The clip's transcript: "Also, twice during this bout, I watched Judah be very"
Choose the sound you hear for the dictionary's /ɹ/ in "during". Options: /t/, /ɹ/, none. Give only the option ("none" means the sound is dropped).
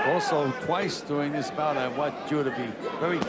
none